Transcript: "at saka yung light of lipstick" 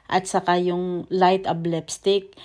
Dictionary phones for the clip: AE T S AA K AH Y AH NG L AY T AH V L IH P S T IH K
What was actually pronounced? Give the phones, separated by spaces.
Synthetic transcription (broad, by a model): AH T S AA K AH Y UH NG L AY T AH B L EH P S T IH K